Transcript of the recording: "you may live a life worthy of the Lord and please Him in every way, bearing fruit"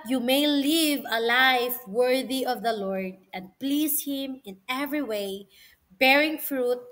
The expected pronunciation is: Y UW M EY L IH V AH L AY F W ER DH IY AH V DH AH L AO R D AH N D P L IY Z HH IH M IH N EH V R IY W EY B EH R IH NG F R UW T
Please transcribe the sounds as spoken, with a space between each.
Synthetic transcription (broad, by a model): Y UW M EY L IH V AH L AY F W ER DH IY AH V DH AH L AO R D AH N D P L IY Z HH IH M IH N EH V R IY W EY B EH R IH NG F R UW T